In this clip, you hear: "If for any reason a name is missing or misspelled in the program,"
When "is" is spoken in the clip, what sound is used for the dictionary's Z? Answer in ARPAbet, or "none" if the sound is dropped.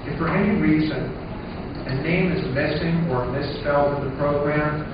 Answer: Z